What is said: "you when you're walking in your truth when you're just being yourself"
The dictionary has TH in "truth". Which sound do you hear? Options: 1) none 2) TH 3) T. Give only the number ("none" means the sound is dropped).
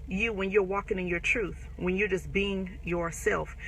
2